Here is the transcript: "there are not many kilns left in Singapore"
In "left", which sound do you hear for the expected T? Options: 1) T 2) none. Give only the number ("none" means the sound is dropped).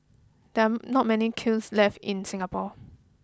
1